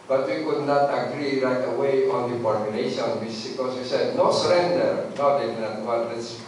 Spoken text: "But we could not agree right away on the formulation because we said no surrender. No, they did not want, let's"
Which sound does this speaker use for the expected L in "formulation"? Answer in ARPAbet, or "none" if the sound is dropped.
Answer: N